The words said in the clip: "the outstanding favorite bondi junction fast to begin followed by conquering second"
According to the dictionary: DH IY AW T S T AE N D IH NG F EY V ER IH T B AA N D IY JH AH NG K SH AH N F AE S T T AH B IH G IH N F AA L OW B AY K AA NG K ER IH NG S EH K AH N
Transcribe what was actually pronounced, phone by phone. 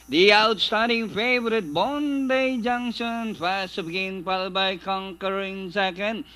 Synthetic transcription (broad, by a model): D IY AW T S T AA D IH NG F EY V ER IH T B AA N D IY JH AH NG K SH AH N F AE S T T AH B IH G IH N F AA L B AY K AA NG K ER IH NG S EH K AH N